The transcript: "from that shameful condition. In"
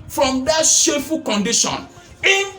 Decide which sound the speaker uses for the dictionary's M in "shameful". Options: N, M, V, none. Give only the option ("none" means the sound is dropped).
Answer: none